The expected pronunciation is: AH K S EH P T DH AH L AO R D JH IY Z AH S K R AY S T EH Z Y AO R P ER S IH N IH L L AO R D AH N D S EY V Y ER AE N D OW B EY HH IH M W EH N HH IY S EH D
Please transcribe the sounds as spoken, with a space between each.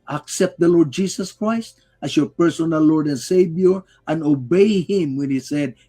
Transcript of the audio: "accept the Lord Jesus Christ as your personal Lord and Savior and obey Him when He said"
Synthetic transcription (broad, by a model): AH K S EH P T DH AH L AO R D JH IY S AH S K R AY S T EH S Y AO R P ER S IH N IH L L AO R D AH N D S EY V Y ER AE N OW B EY HH IH M W EH N HH IY S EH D